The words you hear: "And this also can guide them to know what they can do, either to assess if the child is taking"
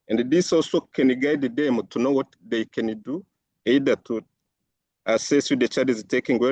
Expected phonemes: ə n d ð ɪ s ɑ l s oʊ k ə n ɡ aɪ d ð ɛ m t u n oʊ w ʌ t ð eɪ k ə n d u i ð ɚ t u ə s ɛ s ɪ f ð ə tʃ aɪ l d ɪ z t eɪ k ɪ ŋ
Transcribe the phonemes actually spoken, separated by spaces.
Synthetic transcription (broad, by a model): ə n d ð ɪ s ɑ l s oʊ k ə n ɡ aɪ d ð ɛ m t u n oʊ w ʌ t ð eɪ k ə n d u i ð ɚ t u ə s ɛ s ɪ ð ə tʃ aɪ d ɪ z t eɪ k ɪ ŋ